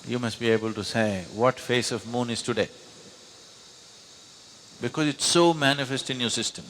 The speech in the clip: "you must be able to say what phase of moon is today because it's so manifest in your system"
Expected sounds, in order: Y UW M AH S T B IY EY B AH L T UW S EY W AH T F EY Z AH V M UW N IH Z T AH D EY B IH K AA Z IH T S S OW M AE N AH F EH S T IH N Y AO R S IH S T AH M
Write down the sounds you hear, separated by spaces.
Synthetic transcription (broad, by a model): Y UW M AH S T B IY EY B AH L T UW S EY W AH T F EY S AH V M UW N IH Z T AH D EY B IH K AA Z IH T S S OW M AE N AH F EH S T IH N Y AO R S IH S T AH M